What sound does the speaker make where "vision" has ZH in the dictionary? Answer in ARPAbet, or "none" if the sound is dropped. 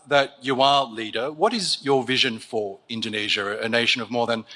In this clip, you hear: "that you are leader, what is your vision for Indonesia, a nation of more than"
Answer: ZH